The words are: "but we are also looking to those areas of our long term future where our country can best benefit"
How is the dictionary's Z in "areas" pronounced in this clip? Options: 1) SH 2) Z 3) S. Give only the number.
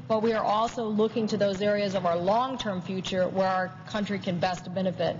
2